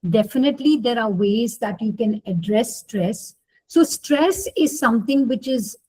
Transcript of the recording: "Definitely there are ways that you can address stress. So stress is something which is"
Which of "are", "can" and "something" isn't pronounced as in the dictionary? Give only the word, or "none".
something